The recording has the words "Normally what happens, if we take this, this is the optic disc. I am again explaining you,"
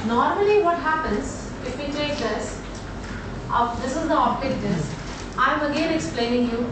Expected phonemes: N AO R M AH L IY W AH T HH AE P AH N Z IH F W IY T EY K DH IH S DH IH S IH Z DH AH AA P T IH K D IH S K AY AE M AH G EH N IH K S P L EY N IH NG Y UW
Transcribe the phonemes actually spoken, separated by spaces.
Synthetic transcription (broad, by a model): N AO R M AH L IY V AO T HH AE P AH N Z IH F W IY T EY K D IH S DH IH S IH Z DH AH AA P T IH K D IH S AY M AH G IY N IH K S P L EY N IH NG Y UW